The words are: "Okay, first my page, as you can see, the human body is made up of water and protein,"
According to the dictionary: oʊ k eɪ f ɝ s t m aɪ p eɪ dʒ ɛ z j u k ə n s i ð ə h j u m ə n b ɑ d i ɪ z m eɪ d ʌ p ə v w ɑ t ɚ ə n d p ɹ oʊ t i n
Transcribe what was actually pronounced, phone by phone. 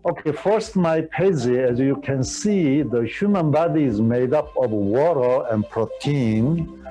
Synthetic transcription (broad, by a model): oʊ k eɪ f ɝ s t m aɪ p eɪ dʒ ɛ z j u k ə n s i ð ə h j u m ə n b ɑ d i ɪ z m eɪ d ʌ p ə v w ɑ t ɚ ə n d p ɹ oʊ t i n